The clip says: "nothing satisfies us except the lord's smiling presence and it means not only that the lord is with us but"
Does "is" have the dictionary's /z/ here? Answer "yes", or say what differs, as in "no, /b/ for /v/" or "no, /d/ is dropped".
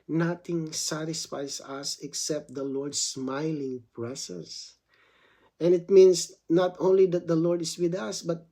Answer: no, /s/ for /z/